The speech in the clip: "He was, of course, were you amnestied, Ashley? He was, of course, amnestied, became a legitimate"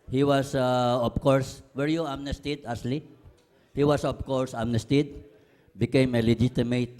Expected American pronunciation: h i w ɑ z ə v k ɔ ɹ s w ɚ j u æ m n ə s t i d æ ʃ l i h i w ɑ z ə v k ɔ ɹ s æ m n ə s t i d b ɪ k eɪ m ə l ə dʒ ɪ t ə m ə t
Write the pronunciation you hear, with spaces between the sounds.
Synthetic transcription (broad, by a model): h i w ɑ s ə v k ɔ ɹ s w ɚ j u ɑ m n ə s t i d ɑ s l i h i w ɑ s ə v k ɔ ɹ s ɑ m n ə s t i d b ɪ k eɪ m ə l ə dʒ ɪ t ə m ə t